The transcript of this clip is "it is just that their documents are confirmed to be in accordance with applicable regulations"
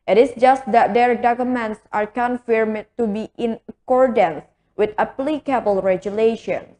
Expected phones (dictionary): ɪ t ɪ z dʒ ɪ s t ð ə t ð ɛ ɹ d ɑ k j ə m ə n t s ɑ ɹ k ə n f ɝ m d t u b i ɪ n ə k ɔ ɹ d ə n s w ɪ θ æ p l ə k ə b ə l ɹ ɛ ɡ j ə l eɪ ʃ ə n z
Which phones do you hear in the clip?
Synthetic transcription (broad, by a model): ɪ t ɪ s dʒ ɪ s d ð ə t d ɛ ɹ d ɑ k j ə m ə n t s ɑ ɹ k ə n f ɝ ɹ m t u b i ɪ n ə k ɔ ɹ d ə n s w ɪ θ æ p l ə k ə b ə l ɹ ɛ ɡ j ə l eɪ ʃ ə n